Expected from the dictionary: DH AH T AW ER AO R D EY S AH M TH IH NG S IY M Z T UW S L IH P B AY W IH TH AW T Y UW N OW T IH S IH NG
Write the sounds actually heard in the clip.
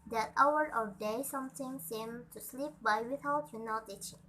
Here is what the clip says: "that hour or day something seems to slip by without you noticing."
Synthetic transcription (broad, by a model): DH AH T AW ER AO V D EY S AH M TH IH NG S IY M T UW S L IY P B AY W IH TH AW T Y UW N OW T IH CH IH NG